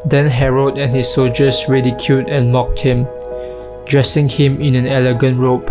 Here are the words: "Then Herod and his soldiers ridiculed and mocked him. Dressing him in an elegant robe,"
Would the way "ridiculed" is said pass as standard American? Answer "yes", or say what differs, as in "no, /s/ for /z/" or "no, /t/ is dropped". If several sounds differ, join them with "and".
no, /l/ is dropped